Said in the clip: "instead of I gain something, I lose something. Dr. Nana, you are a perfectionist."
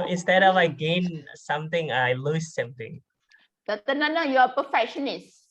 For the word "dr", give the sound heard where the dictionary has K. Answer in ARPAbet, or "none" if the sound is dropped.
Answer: none